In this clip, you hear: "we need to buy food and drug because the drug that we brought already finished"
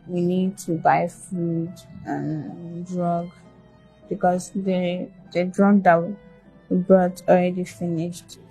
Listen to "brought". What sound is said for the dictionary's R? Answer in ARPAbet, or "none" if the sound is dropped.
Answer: none